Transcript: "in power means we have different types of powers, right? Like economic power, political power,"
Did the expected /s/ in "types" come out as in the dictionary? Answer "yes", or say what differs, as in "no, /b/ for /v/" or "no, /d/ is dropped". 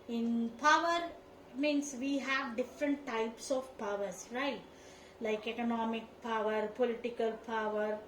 yes